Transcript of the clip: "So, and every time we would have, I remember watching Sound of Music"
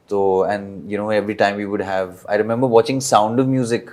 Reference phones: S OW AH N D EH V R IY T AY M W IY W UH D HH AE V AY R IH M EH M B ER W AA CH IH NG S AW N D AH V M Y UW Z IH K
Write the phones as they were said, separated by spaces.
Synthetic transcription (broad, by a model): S OW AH N D EH V R IY T AY M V IY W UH D HH AE V AY R IH M EH M B ER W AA CH IH NG S AW N D AH V M Y UW Z IH K